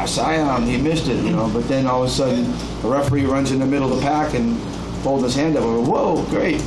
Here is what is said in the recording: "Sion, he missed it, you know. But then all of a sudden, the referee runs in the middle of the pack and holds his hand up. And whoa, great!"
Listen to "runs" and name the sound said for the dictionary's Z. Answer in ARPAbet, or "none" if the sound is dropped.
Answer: Z